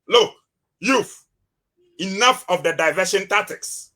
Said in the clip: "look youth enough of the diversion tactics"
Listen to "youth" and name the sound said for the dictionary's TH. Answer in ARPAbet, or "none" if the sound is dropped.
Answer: F